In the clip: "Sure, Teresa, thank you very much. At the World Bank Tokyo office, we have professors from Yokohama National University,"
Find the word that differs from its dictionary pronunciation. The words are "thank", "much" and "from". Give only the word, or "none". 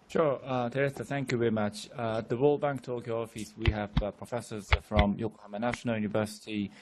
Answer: none